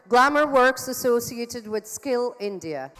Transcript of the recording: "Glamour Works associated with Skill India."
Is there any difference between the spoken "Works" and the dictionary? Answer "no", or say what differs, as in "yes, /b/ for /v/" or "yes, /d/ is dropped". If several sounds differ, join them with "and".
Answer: no